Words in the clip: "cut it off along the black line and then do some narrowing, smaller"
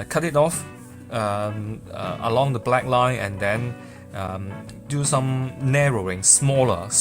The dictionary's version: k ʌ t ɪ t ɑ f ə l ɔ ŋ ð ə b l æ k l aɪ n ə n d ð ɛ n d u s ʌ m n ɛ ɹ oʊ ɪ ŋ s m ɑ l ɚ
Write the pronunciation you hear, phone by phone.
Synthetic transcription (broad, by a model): k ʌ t ɪ t ɑ f ə l ɔ ŋ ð ə b l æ k l aɪ n ə n d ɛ n d u s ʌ m n ɛ ɹ oʊ ɪ ŋ s m ɑ l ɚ